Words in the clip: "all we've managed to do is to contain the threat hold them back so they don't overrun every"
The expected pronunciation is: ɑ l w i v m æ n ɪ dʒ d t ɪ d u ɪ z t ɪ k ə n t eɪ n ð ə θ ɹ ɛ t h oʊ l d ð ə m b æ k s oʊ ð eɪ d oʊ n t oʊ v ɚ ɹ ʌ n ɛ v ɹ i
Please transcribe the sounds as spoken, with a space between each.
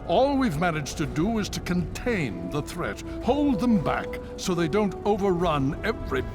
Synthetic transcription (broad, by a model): ɑ l w i v m æ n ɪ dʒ t ɪ d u ɪ z t ɪ k ə n t eɪ n ð ə θ ɹ ɛ t h oʊ l d ð ə m b æ k s oʊ ð eɪ d oʊ n t oʊ v ɚ ɹ ʌ n ɛ v ɹ i